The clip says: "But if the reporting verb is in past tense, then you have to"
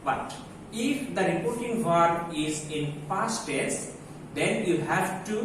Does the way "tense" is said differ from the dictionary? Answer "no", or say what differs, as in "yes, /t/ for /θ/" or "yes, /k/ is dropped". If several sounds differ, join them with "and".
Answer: yes, /n/ is dropped